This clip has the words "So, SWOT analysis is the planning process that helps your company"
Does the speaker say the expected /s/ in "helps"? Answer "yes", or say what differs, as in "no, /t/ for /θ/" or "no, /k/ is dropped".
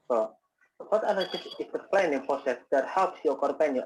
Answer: yes